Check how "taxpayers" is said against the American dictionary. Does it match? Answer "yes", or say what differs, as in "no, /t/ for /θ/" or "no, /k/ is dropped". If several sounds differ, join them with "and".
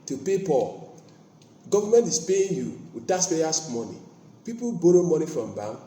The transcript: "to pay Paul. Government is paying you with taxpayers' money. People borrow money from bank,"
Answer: no, /k/ is dropped and /p/ is dropped and /s/ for /z/